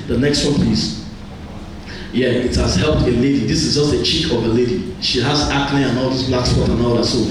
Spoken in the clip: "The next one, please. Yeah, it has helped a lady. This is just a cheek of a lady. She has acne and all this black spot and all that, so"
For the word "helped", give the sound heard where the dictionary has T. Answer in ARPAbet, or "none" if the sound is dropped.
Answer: T